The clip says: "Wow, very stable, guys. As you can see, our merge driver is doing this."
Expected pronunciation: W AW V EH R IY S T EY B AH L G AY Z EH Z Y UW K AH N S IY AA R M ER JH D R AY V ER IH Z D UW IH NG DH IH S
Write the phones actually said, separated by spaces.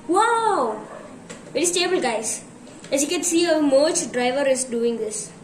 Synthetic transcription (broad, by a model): W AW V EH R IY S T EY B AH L G AY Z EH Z Y UW K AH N S IY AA M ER CH D R AY V ER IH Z D UW IH NG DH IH S